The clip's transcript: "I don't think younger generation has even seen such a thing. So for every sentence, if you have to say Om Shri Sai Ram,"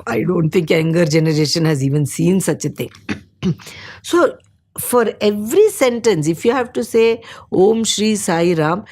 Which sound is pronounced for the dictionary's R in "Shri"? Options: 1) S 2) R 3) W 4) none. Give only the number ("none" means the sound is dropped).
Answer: 2